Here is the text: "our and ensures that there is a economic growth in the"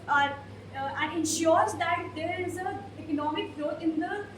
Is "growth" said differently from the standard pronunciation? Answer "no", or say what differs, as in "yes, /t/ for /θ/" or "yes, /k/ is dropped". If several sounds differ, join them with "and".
yes, /t/ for /θ/